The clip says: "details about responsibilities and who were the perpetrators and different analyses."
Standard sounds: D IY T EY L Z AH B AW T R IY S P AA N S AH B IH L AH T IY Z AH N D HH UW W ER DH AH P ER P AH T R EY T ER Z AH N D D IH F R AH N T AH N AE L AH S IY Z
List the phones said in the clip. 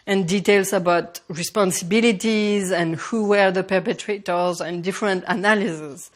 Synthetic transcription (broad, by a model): D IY T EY L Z AH B AW T R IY S P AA N S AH B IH L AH T IY Z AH N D HH UW W ER DH AH P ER P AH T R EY T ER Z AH N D D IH F R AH N T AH N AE L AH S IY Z